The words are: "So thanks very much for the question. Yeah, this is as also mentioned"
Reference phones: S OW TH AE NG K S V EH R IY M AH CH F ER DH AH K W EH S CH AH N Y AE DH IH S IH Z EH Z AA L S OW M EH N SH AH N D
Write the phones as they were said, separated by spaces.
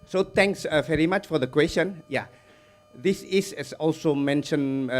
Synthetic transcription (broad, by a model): S OW T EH NG K S V EH R IY M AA CH F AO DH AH K W EH S CH AH N Y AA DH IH S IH S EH S AA L S OW M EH N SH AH N